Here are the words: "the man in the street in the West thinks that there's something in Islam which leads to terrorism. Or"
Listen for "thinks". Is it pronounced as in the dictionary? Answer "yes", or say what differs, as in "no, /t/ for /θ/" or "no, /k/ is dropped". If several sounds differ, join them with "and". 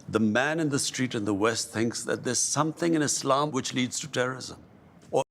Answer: yes